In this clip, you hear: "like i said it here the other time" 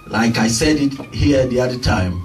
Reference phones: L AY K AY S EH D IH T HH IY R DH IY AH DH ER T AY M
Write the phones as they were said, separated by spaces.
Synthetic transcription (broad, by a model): L AY K AY S EH D IH T HH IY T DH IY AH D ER T AY M